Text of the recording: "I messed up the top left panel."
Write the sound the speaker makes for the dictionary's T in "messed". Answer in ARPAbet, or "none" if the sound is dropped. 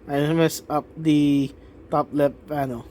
none